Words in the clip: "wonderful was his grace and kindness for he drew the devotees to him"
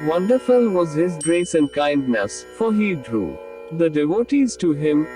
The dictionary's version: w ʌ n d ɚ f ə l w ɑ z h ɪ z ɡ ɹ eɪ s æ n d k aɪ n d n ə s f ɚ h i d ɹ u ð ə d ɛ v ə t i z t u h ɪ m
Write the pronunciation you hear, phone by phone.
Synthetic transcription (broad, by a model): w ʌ n d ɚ f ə l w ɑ z h ɪ z ɡ ɹ eɪ s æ n d k aɪ n d n ə s f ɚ h i d ɹ u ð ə d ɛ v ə t i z t u h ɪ m